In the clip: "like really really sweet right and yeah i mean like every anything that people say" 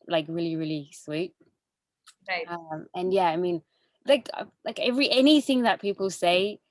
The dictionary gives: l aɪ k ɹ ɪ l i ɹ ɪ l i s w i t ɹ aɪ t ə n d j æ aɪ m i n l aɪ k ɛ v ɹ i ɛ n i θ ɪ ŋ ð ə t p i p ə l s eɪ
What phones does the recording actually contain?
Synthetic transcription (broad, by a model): l aɪ k ɹ ɪ l i ɹ ɪ l i s w i t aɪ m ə n j æ aɪ m i n l aɪ k ɛ v ɹ i ɛ n i θ ɪ ŋ ð ə t p i p ə l s eɪ